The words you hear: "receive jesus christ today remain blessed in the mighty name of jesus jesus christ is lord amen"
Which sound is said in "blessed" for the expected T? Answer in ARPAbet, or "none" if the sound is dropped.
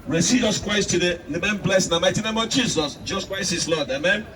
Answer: none